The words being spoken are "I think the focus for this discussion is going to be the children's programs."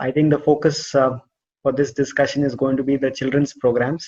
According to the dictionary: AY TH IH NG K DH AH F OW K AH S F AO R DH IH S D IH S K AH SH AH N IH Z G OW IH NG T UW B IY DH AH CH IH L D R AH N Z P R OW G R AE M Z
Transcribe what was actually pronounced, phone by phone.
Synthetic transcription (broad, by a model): AY T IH NG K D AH F OW K AH S F AO R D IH S D IH S K AH SH AH N IH Z G OW IH NG T UW B IY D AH CH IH L D R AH N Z P R OW G R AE M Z